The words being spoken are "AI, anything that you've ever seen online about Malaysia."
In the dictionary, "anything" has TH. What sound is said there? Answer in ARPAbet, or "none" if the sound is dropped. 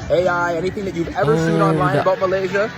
TH